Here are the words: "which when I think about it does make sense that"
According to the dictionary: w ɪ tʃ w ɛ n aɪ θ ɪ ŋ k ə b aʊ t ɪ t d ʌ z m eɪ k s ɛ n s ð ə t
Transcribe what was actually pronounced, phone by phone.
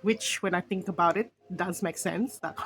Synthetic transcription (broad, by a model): w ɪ tʃ w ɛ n aɪ θ ɪ ŋ k ə b aʊ t ɪ t d ʌ z m eɪ k s ɛ n s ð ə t